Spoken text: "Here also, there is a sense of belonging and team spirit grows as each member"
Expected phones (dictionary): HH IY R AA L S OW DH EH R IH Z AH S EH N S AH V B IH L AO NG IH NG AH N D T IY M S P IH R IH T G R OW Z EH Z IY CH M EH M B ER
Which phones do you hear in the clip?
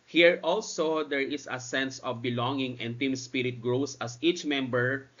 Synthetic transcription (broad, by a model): HH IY R AA L S OW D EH R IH S AH S EH N S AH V B IH L AO NG IH NG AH N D T IY M S P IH R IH T G R OW S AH S IY CH M EH M B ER